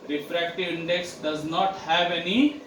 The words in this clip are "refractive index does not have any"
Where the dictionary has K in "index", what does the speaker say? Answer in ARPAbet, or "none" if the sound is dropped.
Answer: K